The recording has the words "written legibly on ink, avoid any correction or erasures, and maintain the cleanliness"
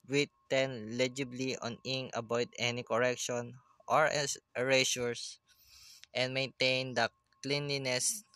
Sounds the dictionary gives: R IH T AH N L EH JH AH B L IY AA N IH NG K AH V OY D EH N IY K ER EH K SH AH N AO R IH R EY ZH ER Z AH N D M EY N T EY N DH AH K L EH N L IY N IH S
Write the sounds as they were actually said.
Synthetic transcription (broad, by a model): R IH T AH N L EH JH AH B L IY AA N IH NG AH B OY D EH N IY K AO EH K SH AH N AO R R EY SH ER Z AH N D M EY N T EY N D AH K L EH N L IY N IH S